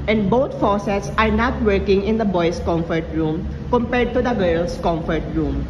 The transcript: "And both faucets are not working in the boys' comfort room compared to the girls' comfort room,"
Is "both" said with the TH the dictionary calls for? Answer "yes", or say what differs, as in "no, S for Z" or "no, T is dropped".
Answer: no, T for TH